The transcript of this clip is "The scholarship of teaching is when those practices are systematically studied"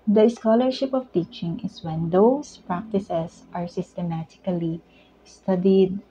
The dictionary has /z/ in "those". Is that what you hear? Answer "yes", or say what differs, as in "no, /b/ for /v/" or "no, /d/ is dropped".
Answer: no, /s/ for /z/